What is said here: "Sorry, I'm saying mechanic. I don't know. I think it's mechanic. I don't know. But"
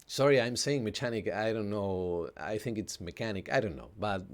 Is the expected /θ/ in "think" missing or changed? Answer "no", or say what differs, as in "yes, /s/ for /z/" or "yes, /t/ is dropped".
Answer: no